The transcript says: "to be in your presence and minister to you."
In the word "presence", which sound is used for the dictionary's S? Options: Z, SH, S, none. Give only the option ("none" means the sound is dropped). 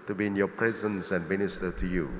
S